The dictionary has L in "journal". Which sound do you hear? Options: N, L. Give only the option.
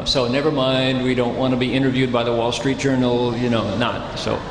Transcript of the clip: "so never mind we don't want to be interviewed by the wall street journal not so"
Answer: N